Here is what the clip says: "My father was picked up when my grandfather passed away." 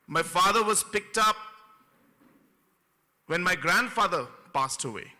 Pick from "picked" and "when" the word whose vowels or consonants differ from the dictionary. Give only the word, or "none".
none